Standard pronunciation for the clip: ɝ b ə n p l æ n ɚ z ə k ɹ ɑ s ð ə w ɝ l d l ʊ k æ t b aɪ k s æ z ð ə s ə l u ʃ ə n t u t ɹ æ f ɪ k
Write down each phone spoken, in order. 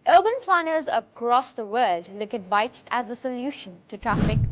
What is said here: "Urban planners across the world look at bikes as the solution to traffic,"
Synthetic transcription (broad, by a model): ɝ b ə n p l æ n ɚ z ə k ɹ ɑ s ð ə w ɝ d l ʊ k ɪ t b aɪ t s æ z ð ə s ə l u ʃ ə n t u t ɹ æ f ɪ k